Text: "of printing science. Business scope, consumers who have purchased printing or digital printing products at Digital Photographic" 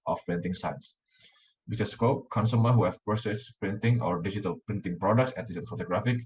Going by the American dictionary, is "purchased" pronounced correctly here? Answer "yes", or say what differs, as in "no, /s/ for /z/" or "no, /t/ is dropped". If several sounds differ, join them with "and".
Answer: no, /s/ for /tʃ/